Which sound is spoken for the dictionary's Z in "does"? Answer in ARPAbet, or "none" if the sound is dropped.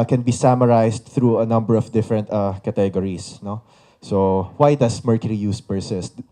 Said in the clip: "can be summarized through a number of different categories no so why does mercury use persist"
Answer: S